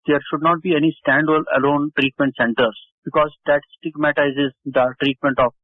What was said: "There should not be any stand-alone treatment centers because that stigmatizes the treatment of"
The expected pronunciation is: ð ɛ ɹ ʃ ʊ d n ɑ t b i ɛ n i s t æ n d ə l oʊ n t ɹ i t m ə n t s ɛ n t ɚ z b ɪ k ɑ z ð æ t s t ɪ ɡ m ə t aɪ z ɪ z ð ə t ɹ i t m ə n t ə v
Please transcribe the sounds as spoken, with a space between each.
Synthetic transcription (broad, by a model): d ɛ ɹ ʃ ʊ d n ɑ t b i ɛ n i s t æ n d ə l oʊ n t ɹ i t m ə n t s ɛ n t ɚ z b ɪ k ɑ z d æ t s t ɪ ɡ m ə t aɪ z ɪ z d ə t ɹ i t m ə n t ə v